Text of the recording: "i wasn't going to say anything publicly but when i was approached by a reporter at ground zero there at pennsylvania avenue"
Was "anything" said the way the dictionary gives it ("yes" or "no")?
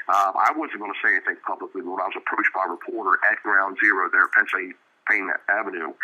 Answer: no